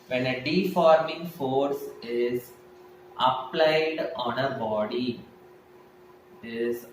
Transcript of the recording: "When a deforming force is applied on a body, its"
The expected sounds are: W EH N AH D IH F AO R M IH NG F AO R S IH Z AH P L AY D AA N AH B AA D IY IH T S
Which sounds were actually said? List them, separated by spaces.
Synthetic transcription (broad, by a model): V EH N AH D IH F AO R M IH NG F AO R S IH Z AH P L AY D AA N AH B AA D IY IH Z